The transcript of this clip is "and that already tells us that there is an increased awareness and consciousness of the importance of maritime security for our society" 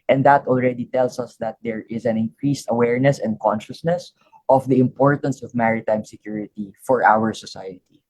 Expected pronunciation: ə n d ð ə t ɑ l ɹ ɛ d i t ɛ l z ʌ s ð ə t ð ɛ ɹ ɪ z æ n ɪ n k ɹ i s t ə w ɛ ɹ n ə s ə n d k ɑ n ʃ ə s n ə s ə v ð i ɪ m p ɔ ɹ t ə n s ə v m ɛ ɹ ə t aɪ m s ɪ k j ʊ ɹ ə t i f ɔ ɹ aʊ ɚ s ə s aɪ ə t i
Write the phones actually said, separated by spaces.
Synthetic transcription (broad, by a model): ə n d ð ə t ɑ l ɹ ɛ d i t ɛ l s ʌ s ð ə t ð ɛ ɹ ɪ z æ n ɪ n k ɹ i s t ə w ɛ ɹ n ə s ə n d k ɑ n ʃ ə s n ə s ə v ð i ɪ m p ɔ ɹ t ə n s ə v m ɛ ɹ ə t aɪ m s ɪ k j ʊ ɹ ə t i f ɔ ɹ aʊ ɚ s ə s aɪ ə t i